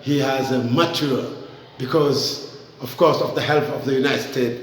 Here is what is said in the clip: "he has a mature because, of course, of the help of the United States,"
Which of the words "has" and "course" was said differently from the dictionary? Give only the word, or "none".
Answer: none